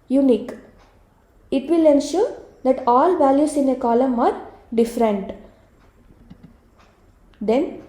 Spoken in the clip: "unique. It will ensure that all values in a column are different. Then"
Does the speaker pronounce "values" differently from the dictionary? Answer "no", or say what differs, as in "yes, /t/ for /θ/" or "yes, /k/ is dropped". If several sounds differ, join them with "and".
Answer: yes, /s/ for /z/